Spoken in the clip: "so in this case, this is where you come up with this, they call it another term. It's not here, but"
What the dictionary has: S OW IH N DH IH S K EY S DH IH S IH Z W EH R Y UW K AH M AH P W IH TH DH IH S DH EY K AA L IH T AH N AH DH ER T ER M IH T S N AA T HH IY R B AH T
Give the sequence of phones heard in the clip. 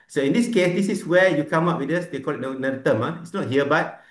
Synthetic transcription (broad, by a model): S OW IH N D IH S K EY S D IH S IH S W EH Y UW K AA M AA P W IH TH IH S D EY K AA L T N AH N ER T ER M IH T S N AA T HH IY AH B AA T